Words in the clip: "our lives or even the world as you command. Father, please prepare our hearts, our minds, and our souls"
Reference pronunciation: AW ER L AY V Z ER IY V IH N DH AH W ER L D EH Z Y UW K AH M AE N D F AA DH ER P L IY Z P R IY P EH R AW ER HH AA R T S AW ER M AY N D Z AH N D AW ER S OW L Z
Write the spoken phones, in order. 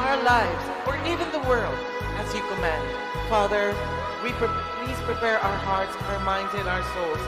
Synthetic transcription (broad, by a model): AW ER L AY V Z ER IY V IH N DH AH W ER L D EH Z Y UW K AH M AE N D F AA DH ER P L IY Z P R IY P EH R AW ER HH AA R T S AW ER M AY N D Z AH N AW ER S OW L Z